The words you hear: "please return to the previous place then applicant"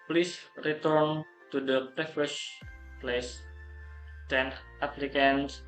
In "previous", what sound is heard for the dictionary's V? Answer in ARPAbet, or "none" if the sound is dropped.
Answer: F